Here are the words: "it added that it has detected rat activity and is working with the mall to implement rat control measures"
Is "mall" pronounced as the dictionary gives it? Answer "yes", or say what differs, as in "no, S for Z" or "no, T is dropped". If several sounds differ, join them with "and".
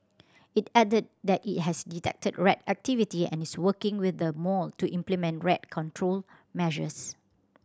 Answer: yes